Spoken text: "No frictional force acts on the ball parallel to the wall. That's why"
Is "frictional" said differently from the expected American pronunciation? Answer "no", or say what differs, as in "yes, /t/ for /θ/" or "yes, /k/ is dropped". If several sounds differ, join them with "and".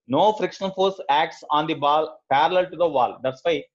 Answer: no